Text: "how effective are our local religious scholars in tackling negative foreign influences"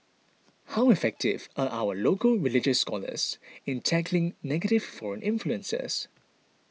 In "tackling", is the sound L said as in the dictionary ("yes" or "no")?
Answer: yes